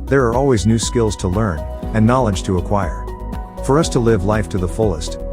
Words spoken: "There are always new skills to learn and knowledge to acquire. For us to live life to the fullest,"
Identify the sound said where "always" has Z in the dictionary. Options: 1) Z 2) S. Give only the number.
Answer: 1